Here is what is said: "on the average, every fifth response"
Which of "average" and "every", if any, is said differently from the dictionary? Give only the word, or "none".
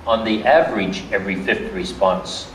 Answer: none